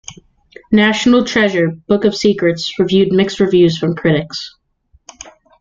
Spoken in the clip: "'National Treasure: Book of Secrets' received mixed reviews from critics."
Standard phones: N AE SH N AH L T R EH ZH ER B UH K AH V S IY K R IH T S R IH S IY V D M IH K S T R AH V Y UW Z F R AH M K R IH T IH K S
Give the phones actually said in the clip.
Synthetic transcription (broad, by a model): N AE SH N L T R EH ZH ER B UH K AH V S IY K R IH T S R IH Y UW D M IH K S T R AH V Y UW Z F R AH M K R IH T IH K S